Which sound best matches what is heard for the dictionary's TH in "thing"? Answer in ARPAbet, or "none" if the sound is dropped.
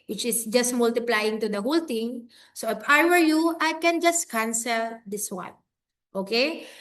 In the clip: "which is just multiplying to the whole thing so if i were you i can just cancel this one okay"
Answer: T